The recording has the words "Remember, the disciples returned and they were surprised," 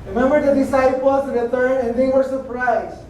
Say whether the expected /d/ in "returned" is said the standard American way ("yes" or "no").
no